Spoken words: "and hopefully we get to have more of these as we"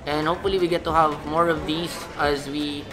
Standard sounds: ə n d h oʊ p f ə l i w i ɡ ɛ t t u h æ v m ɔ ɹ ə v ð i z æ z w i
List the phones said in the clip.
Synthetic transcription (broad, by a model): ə n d h oʊ p f ə l i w i ɡ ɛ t t u h æ v m ɔ ɹ ə v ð i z æ z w i